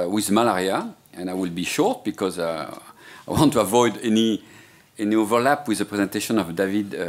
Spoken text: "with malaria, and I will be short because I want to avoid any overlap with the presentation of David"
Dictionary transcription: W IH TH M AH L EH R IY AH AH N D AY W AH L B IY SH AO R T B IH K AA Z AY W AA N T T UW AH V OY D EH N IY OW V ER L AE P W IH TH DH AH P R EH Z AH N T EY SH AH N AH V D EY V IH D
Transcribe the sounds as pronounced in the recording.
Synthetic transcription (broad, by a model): W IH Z M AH L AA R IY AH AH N AY W AH L B IY SH AO R T B IH K AA Z AY W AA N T T UW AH V OY D EH N IY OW V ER L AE P W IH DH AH P R EH Z AH N T EY SH AH N AH V D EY V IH D